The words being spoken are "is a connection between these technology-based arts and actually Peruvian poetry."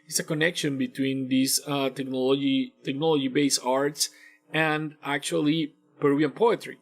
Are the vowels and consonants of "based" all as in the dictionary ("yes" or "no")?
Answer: no